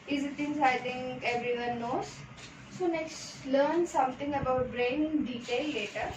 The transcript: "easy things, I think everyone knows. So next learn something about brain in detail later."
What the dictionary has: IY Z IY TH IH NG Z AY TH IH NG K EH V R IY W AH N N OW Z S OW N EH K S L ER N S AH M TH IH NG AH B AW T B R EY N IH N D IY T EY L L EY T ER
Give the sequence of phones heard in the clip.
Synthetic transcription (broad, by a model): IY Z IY T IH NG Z AY T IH NG K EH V R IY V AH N N OW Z S OW N EH K S L ER N S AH M T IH NG AH B AW T B R EY N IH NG D IY T EY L L EY T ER